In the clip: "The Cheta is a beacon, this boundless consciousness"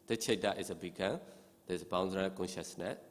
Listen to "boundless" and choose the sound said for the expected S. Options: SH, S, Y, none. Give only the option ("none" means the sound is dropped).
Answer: none